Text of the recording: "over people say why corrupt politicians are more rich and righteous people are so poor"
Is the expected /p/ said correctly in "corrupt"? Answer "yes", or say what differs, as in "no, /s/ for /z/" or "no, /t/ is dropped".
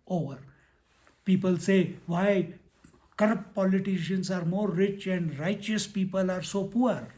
yes